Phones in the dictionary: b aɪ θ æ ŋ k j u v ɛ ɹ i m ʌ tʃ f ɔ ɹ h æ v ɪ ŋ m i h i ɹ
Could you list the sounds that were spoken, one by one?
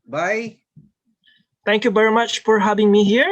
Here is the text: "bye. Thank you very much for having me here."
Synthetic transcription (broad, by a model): b aɪ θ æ ŋ k j u v ɛ ɹ i m ʌ tʃ f ɔ ɹ h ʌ b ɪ ŋ m i h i ɹ